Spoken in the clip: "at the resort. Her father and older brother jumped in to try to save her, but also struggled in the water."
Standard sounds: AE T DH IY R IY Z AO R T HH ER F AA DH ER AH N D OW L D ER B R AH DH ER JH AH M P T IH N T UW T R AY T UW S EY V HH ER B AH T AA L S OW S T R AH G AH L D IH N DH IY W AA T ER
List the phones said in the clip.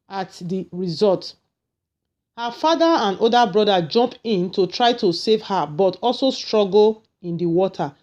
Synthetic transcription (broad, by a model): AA T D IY R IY Z AO L T HH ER F AA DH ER AH N D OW D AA B R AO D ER JH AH M P IH N T UW T R AY T UW S EY V HH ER B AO T AA L S OW S T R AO G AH L IH N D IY W AA T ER